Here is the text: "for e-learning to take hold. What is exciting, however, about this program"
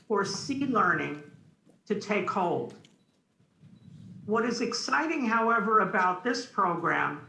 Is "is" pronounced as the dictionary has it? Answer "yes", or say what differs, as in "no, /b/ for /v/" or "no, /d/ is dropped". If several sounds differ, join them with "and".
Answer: yes